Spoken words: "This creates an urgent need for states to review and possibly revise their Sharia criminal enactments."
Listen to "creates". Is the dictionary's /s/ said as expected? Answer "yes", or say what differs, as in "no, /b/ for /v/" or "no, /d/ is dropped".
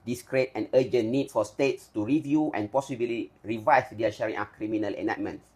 no, /s/ is dropped